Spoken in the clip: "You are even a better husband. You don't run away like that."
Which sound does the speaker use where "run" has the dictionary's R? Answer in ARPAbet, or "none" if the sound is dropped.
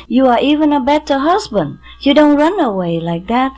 R